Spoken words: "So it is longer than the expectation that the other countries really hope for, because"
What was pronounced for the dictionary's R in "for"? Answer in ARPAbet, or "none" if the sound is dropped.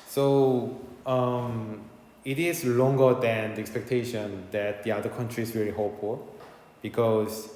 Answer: L